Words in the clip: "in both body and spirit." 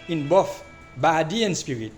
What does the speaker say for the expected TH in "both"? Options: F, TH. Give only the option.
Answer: F